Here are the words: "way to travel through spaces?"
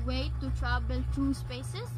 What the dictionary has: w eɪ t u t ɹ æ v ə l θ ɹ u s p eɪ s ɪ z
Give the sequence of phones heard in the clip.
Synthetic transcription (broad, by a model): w eɪ t u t ɹ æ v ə l t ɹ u s p eɪ s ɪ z